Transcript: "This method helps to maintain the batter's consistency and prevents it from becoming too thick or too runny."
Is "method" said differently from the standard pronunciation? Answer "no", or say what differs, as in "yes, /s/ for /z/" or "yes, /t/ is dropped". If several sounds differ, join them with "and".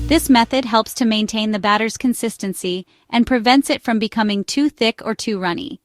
no